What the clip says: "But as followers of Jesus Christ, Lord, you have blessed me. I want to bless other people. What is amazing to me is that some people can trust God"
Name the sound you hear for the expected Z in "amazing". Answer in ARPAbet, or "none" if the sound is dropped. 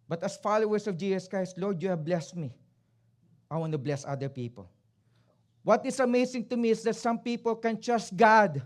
S